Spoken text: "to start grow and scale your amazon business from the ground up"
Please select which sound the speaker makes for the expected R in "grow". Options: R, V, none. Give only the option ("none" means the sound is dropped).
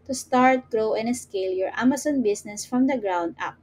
R